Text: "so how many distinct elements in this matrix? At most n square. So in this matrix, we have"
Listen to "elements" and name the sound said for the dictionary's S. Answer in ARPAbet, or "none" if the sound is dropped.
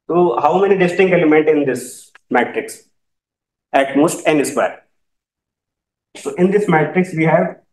none